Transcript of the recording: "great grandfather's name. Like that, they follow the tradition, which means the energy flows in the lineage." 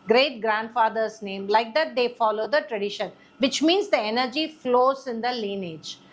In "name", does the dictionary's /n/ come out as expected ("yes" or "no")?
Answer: yes